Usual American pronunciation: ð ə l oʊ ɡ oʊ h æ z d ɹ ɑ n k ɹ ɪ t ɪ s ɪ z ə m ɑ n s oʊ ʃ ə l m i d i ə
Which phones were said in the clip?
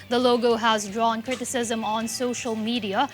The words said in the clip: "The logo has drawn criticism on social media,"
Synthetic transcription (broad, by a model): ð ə l oʊ ɡ oʊ h æ z d ɹ ɑ n k ɹ ɪ t ɪ s ɪ z ə m ɑ n s oʊ ʃ ə l m i d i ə